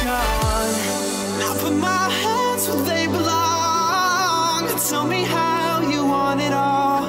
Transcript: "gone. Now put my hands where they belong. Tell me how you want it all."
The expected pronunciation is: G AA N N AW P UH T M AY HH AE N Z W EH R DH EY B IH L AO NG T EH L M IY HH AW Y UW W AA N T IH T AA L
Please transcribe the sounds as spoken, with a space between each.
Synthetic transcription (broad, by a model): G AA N N AW F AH M AY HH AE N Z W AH DH EY B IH L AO NG T EH L M IY HH AW Y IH W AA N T IH T AA L